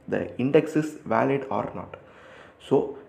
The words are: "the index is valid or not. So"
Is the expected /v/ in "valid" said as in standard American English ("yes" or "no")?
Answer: yes